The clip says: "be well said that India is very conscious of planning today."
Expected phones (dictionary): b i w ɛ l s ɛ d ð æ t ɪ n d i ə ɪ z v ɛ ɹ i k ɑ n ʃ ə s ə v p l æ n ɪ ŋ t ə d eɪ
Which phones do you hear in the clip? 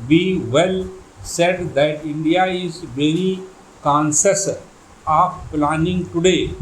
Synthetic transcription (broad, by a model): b i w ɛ l s ɛ d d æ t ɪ n d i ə ɪ z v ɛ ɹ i k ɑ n s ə s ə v p l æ n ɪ ŋ t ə d eɪ